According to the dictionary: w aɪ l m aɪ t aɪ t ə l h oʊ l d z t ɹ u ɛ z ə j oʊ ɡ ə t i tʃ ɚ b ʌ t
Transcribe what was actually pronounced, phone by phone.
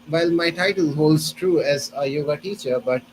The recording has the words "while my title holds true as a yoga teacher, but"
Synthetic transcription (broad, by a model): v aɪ l m aɪ t aɪ t ə l h oʊ l d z t ɹ u ɛ z ə j oʊ ɡ ə t i tʃ ɚ b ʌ t